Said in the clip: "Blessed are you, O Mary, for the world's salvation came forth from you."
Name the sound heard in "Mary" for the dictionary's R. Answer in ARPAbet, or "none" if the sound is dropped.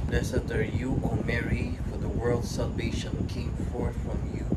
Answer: R